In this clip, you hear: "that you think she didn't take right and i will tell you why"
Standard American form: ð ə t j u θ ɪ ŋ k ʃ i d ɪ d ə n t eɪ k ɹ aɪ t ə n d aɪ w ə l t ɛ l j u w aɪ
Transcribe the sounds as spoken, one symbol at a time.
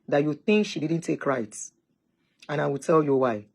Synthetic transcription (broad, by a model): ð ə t j u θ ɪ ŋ k ʃ i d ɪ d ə n t eɪ k ɹ aɪ t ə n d aɪ w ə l t ɛ l j u w aɪ